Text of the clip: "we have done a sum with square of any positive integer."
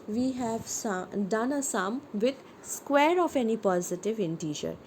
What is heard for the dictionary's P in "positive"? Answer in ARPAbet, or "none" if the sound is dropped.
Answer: P